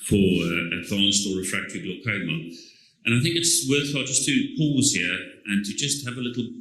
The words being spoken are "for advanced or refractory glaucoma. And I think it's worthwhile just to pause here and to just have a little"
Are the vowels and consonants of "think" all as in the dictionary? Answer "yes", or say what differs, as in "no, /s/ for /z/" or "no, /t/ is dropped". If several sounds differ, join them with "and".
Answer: yes